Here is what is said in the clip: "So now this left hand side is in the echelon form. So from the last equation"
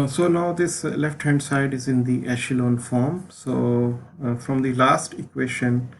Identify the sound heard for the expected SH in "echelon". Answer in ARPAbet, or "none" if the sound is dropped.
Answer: SH